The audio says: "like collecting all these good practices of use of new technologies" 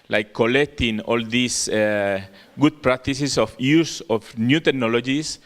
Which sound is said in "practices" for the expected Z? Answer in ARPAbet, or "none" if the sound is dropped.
S